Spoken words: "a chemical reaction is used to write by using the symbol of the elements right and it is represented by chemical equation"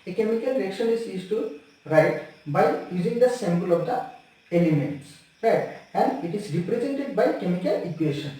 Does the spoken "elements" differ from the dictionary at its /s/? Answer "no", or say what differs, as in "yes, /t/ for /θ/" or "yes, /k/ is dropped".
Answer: no